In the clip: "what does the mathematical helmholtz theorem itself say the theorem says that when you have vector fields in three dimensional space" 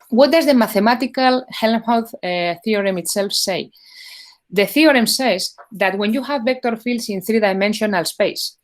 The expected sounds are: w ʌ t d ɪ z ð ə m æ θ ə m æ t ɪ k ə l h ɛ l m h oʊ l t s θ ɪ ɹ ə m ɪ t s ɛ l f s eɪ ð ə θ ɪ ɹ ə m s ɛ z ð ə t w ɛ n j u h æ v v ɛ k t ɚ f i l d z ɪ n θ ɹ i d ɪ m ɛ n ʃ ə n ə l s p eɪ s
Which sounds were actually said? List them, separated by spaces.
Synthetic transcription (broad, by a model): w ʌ t d ɪ z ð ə m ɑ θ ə m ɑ t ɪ k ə l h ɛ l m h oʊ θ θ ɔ ɹ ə m ɪ t s ɛ l f s eɪ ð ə θ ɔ ɹ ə m s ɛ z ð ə t w ɛ n j u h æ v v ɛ k t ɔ f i l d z ɪ n θ ɹ i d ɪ m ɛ n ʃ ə n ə l s p eɪ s